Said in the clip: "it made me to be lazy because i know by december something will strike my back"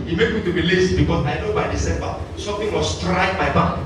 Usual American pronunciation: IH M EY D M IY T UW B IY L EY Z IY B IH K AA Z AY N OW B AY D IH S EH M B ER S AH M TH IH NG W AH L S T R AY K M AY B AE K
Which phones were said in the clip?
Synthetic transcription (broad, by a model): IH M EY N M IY T UW B IY L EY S B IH K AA S AY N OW B AY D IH S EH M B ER S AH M T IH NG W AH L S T R AY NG M AY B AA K